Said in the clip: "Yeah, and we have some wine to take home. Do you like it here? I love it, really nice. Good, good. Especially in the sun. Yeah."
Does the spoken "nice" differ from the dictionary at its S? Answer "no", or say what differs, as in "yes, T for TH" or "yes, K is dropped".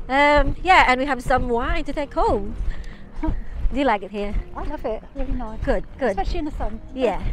yes, S is dropped